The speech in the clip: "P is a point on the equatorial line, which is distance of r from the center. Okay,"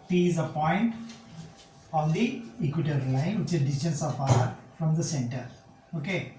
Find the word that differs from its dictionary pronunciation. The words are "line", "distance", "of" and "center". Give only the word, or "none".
of